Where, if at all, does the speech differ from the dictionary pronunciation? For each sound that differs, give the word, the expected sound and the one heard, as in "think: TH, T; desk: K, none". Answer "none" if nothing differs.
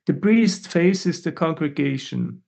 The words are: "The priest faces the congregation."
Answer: priest: P, B